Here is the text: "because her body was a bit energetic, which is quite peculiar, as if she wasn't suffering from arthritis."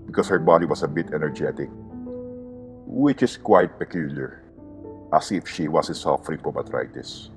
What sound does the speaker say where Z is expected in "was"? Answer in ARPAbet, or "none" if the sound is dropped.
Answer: S